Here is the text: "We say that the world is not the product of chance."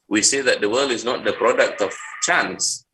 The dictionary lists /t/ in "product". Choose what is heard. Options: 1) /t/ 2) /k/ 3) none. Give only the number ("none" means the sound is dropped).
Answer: 1